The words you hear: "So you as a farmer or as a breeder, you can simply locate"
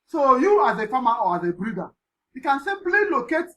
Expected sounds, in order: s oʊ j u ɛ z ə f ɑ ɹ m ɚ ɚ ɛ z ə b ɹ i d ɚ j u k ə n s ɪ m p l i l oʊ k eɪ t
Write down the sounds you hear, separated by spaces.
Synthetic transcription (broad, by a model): s oʊ j u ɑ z ə f ɑ m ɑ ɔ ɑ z ə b ɹ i d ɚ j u k ə n s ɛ p l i l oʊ k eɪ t